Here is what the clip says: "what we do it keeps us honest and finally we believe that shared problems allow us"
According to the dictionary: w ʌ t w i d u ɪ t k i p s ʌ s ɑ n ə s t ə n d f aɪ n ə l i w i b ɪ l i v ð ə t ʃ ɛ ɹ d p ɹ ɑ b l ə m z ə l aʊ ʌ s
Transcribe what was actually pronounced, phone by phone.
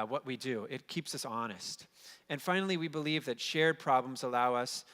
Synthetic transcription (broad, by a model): w ʌ t w i d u ɪ t k i p s ʌ s ɑ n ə s t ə n f aɪ n l i w i b ɪ l i v ð ə t ʃ ɛ ɹ d p ɹ ɑ b l ə m z ə l aʊ ʌ s